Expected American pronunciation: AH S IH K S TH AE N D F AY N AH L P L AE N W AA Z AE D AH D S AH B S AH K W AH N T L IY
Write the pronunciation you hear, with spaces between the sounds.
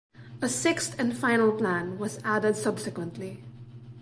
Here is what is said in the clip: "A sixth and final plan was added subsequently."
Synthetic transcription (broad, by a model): AH S IH K S T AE N D F AY N AH L P L AE N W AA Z AE D AH D S AH B S AH K W AH N T L IY